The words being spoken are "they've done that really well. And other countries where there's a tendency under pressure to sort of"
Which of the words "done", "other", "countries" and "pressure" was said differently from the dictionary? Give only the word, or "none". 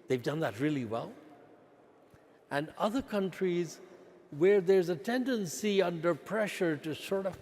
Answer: none